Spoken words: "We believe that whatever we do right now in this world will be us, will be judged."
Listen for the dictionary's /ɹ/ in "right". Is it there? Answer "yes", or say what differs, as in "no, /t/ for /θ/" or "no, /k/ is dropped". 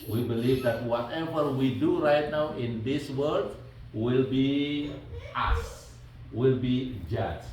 yes